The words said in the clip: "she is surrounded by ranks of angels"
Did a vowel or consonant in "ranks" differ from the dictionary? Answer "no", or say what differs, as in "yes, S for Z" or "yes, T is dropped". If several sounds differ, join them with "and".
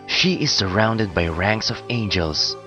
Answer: no